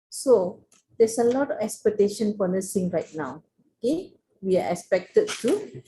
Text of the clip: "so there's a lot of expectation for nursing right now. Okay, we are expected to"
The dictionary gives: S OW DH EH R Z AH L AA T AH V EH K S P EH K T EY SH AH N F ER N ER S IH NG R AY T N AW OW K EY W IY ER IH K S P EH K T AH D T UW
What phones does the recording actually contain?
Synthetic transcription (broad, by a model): S OW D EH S AH L AA T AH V EH K S P EH K T EY SH AH N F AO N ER S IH NG R AY T N AW OW K EY W IY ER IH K S P EH K T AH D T UW